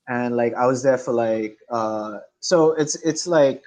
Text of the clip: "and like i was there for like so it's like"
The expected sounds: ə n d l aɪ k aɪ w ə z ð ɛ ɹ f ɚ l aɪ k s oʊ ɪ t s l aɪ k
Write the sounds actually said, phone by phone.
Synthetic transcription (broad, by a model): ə n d l aɪ k aɪ w ə z ð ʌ ɹ f ɚ l aɪ k s oʊ ɪ t s l aɪ k